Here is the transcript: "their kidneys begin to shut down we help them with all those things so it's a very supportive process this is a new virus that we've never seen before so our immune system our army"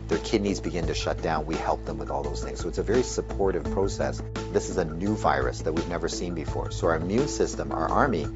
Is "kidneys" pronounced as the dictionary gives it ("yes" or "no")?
yes